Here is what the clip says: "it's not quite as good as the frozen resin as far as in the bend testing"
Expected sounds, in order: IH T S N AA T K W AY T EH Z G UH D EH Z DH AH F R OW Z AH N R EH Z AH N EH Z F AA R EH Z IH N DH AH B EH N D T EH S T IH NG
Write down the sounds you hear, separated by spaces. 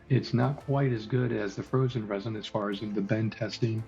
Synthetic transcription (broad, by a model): IH T S N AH T K W AY T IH Z G UH D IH Z DH AH F R OW Z AH N R EH Z AH N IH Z F AA R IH Z IH N DH AH B EH N T EH S T IH NG